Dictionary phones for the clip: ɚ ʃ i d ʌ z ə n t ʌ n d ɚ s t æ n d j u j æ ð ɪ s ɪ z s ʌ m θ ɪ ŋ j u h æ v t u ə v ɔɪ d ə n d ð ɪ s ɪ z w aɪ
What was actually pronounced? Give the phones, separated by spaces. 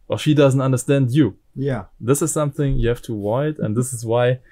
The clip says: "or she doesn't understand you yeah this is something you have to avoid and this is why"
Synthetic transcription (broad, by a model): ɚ ʃ i d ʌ z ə n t ʌ n d ɚ s t æ n d j u j æ ð ɪ s ɪ z s ʌ m θ ɪ ŋ j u h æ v t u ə ɪ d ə n ð ɪ s ɪ z w aɪ